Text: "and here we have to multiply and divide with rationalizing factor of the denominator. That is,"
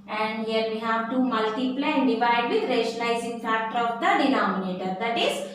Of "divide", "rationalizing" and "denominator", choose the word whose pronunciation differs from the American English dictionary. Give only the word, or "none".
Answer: rationalizing